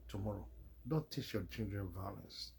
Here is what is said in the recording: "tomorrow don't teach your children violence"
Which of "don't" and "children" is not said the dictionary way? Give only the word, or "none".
children